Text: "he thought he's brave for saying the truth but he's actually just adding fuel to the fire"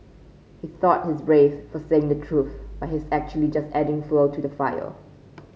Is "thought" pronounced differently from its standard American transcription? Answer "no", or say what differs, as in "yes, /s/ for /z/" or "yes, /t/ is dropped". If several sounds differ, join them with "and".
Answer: no